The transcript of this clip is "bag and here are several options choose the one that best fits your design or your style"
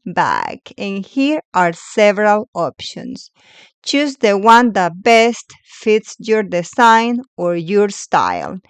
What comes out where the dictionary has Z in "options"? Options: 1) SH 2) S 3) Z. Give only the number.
2